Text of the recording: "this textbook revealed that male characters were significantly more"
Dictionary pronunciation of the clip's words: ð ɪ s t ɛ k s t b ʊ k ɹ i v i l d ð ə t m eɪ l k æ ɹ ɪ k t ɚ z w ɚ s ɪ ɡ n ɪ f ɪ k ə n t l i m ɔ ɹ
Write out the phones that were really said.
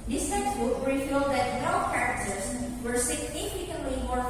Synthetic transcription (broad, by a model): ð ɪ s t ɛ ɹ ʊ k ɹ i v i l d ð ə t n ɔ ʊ k æ ɹ ɪ k t ɚ z w ɚ s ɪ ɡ n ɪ f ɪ k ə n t l i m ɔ ɹ